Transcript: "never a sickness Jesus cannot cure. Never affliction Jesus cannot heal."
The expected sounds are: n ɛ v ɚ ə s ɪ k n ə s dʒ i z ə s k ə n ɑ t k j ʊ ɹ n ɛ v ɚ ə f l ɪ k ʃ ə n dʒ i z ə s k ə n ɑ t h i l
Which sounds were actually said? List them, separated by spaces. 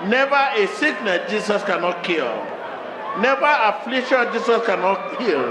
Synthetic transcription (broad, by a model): n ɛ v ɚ ə s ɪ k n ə dʒ i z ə s k ə n ɑ t k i l n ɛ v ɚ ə f l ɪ k ʃ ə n dʒ i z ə s k ə n ɑ t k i l